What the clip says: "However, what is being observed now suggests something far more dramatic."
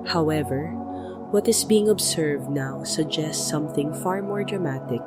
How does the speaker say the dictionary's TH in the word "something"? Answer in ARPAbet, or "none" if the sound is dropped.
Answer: TH